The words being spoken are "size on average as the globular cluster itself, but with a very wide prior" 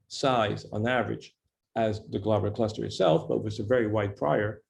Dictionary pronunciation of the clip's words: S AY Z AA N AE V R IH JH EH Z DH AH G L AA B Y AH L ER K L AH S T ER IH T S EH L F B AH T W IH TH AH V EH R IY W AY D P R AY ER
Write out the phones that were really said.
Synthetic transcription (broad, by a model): S AY Z N AE V R IH JH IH Z DH AH G L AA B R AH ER K L AH S T ER IH T S EH L F B AH T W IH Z AH V EH R IY W AY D P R AY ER